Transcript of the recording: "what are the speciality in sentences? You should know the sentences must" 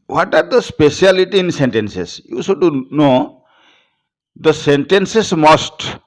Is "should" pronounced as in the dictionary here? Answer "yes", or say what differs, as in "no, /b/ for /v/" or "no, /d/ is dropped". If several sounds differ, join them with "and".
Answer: no, /s/ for /ʃ/